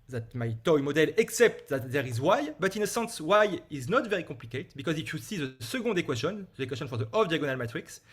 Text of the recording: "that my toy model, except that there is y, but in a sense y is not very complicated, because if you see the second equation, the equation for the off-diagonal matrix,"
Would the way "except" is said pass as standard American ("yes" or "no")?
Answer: yes